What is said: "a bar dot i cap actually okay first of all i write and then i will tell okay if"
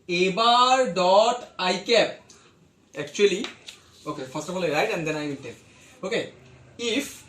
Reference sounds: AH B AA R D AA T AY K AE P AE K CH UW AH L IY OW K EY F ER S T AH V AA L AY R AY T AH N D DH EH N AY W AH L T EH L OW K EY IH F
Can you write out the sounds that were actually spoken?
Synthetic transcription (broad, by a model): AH B AA R D AA T AY K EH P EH K CH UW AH L IY OW K EY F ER S T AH F AA L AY R AY T AH N D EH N AY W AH N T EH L OW K EY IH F